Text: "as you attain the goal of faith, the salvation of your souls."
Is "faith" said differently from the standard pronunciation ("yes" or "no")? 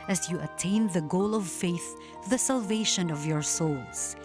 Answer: no